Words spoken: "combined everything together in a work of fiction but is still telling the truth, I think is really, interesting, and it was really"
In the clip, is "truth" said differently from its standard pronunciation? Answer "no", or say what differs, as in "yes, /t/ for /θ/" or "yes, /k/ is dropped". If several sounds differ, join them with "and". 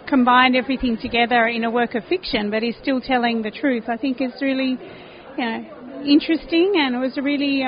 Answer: no